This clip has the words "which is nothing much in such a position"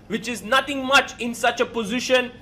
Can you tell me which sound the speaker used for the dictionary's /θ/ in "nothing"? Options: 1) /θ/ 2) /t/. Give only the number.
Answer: 2